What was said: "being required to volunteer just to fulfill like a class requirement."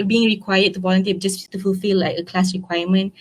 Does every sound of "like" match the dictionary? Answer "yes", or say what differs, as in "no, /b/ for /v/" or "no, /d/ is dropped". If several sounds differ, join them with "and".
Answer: no, /k/ is dropped